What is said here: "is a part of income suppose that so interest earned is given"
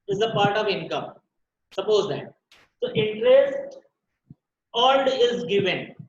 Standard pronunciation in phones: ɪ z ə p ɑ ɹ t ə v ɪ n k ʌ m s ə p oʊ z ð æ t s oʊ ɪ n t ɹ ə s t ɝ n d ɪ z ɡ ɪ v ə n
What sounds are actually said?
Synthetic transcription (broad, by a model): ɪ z ə p ɑ ɹ t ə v ɪ n k ʌ m s ə p oʊ z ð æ t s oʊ ɪ n t ɹ ə s t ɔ l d ɪ z ɡ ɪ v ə n